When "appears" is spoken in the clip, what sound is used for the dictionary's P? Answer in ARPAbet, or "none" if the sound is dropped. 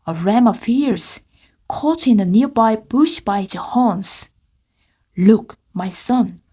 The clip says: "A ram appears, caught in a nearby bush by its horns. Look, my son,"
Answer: F